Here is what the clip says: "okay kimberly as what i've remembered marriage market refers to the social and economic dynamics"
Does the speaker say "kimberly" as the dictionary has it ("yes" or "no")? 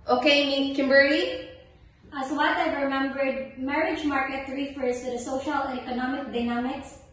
no